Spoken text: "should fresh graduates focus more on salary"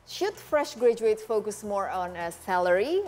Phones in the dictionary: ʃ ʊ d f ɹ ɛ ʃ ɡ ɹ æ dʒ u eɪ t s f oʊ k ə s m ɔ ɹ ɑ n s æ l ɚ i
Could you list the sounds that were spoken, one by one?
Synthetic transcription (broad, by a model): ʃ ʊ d f ɹ ɛ ʃ ɡ ɹ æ dʒ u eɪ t f oʊ k ə s m ɔ ɹ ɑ n s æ l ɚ i